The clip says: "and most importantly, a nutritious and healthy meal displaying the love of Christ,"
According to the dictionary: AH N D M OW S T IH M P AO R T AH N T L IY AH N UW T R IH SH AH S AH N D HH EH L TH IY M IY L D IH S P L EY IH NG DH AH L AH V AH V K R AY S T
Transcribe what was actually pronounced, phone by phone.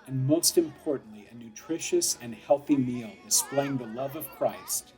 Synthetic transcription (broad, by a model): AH N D M OW S T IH M P AO R T N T L IY AH N UW T R IH SH AH S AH N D HH EH L TH IY M IY L D IH S P L EY IH NG DH AH L AH V AH V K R AY S T